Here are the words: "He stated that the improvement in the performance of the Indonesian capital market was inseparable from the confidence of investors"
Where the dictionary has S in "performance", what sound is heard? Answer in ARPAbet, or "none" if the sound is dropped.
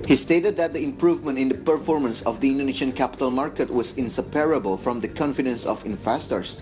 S